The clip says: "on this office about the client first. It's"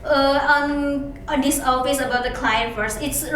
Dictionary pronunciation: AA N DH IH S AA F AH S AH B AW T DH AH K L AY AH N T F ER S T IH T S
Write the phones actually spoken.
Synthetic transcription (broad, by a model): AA N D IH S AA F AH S AH B AW T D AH K L AY AH N T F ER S IH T S